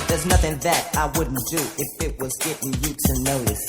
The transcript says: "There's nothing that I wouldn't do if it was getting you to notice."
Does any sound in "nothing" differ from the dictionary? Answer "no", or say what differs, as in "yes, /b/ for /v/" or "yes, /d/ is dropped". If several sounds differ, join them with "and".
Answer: no